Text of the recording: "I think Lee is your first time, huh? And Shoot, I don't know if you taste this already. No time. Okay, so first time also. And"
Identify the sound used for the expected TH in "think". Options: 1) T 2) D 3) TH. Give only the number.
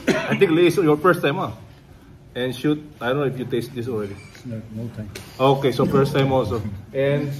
1